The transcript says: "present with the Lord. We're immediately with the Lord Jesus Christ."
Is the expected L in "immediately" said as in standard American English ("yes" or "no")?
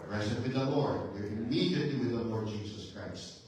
no